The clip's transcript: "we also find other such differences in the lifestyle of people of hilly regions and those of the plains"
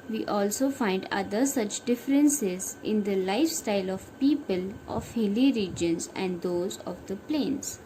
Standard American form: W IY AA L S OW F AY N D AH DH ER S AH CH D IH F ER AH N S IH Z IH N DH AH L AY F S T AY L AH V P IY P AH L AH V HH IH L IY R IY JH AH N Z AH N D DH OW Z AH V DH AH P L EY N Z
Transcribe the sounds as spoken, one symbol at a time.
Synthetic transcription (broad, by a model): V IY AA L S OW F AY N D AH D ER S AH CH D IH F ER AH N S IH Z IH N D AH L AY F S T AY L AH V P IY P AH L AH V HH IH L IY R IY JH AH N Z AH N D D OW Z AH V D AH P L EY N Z